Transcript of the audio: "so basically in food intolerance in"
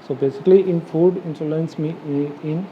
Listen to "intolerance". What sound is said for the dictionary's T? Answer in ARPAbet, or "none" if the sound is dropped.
S